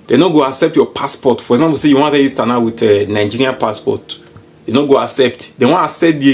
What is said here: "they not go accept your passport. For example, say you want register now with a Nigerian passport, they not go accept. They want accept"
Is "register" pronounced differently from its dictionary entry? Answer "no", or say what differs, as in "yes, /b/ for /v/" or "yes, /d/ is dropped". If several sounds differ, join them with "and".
yes, /dʒ/ is dropped